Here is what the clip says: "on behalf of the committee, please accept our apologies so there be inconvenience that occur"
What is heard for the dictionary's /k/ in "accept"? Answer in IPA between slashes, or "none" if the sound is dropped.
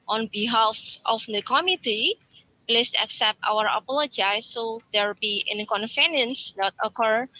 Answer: /k/